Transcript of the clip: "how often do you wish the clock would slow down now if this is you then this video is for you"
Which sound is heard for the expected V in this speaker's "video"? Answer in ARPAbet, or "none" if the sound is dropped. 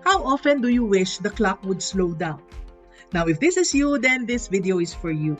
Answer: V